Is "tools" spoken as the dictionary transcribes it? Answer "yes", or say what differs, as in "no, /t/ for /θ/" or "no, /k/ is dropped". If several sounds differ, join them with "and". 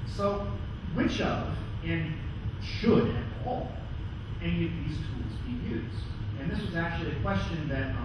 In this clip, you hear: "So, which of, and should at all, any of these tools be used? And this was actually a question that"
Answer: yes